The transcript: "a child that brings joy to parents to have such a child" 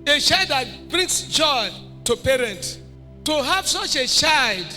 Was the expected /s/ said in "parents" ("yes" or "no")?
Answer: no